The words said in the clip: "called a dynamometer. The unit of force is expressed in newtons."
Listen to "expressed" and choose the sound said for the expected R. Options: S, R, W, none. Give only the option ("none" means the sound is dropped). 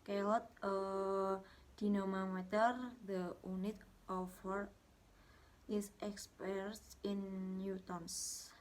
none